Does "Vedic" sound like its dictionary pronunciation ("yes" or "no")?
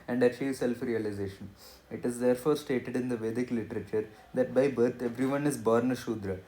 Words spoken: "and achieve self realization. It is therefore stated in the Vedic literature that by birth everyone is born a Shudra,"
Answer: yes